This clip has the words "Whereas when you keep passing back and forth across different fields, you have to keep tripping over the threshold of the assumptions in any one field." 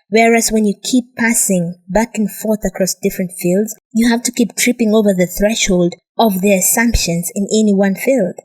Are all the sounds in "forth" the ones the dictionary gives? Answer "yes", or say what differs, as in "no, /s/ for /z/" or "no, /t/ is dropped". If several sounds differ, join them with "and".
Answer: yes